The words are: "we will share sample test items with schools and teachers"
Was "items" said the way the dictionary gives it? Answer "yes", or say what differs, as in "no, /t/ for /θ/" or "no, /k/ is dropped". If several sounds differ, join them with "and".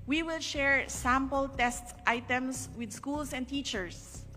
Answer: no, /s/ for /z/